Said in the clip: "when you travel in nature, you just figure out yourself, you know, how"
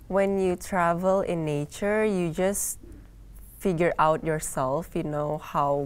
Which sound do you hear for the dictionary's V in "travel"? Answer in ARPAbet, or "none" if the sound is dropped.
V